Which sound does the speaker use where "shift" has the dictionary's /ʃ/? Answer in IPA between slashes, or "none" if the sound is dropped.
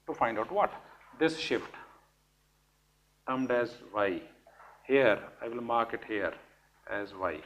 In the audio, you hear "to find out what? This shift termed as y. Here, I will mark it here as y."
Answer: /ʃ/